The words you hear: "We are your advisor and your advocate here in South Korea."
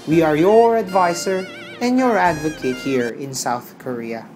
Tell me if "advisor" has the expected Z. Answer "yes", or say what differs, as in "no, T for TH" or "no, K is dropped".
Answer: no, S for Z